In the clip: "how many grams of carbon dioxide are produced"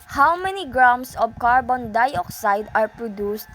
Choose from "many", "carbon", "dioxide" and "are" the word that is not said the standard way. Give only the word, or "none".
none